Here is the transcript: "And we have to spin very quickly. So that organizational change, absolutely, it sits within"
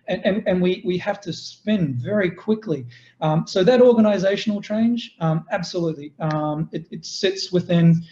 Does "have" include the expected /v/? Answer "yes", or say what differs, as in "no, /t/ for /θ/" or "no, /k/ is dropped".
no, /f/ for /v/